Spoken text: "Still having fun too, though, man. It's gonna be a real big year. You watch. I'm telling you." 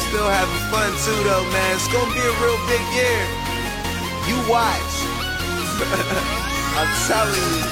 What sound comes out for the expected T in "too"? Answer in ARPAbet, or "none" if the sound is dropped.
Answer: S